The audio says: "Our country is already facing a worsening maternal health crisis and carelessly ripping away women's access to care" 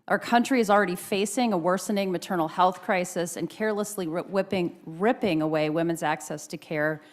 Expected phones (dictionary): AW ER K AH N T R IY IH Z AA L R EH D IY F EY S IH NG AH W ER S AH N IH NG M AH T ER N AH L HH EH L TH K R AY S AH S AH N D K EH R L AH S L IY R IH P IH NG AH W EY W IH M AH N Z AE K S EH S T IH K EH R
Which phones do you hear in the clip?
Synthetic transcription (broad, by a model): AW ER K AH N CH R IY IH Z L R EH D IY F EY S IH NG AH W ER S AH N IH NG M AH T ER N L HH EH L TH K R AY S AH S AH N K EH R L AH S L IY R IH P IH NG AH W EY W IH M AH N Z AE K S EH S T IH K EH R